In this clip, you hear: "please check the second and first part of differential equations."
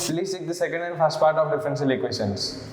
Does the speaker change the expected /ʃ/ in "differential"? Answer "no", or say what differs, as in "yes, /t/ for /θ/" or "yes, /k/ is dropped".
yes, /s/ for /ʃ/